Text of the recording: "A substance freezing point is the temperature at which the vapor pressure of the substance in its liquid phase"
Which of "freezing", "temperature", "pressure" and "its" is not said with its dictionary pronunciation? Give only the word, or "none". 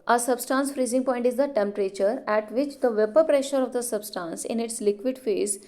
none